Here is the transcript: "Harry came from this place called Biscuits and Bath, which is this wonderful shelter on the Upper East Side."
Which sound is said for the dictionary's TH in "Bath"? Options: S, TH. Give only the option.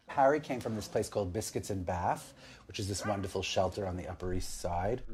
TH